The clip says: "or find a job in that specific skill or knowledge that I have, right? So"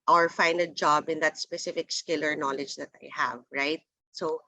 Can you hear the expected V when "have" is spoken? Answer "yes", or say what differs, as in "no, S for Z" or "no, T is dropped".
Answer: yes